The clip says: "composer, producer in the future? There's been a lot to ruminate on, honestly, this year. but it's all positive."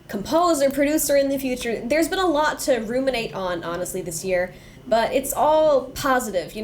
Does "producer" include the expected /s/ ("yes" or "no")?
yes